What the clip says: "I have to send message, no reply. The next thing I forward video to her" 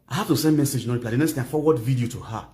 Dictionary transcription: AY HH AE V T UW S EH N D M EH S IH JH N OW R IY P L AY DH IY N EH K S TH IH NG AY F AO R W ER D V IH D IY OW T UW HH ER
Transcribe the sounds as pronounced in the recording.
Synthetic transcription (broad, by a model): AY HH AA F T UW S EH N D M EH S IH JH N OW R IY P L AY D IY N EH K S T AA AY F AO W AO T V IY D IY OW T UW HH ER